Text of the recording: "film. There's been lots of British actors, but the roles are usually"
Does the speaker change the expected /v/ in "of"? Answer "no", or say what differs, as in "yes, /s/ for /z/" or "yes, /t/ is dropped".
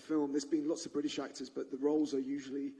no